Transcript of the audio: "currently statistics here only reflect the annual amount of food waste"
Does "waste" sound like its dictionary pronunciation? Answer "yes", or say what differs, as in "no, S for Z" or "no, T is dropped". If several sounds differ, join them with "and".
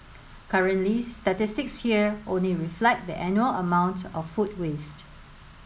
yes